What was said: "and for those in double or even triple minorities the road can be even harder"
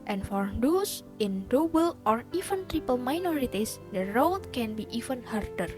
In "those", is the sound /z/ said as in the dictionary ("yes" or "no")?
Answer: no